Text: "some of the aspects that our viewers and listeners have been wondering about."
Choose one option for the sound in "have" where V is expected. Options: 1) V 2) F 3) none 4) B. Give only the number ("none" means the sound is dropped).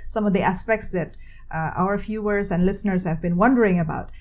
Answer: 1